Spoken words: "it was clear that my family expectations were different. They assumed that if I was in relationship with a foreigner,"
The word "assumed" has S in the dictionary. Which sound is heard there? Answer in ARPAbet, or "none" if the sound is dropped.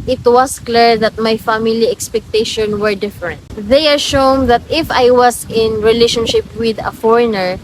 SH